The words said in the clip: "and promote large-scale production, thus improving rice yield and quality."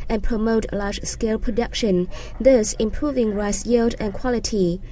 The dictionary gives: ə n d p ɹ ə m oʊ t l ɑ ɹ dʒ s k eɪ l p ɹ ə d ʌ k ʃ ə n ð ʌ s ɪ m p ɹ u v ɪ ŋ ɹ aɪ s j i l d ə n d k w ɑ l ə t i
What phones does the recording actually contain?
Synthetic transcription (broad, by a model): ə n p ɹ ə m oʊ t l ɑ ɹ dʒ s k eɪ l p ɹ ə d ʌ k ʃ ə n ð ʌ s ɪ m p ɹ u v ɪ ŋ ɹ aɪ s j i l d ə n k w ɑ l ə t i